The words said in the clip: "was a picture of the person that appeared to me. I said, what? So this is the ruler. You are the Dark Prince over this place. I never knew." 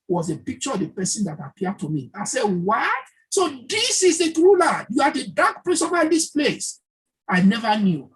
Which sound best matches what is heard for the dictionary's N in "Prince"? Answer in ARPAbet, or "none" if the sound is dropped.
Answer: none